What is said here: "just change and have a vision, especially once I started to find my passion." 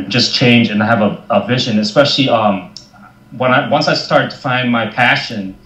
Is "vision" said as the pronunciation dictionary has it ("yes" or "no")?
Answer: yes